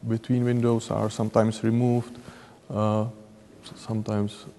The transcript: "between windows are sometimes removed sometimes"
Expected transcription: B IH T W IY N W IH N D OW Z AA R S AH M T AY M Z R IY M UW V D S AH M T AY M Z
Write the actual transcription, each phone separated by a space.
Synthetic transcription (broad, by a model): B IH T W IY N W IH N D OW S AA R S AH M T AY M S R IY M UW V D S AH M T AY M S